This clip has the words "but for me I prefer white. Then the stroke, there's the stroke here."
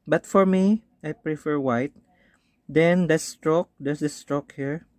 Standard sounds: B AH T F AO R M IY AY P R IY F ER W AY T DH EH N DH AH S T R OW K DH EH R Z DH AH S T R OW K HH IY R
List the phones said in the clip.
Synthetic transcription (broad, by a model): B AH T F AO R M IY AY P R IY F ER W AY T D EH N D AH S T R OW K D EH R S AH S T R OW K HH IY R